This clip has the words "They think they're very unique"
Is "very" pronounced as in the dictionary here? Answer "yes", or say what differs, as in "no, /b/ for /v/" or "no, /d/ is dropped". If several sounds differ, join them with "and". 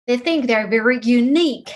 yes